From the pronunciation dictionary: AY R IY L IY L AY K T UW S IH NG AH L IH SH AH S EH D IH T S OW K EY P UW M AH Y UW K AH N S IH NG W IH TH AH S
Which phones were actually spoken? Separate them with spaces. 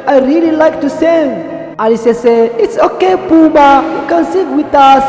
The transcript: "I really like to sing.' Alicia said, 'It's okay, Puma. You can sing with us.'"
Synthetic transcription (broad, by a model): AY R IY L IY L AY K T UW S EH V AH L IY S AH S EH IH T S OW K EY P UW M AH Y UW K AH N S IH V W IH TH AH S